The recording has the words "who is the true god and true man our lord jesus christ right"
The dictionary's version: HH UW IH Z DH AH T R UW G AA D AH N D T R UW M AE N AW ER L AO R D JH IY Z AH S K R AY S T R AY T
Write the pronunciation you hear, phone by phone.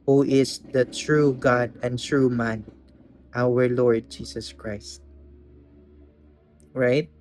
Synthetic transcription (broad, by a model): HH UW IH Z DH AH T R UW G AA D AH N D T R UW M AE N AW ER L AO R D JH IY S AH S K R AY S T R AY T